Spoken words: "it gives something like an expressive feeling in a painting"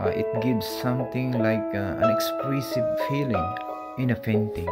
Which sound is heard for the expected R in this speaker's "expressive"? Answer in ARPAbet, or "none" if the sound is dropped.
L